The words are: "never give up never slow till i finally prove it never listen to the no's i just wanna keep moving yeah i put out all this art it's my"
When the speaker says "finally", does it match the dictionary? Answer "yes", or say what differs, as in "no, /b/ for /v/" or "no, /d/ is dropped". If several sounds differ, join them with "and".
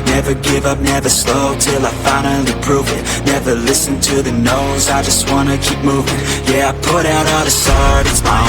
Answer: no, /l/ is dropped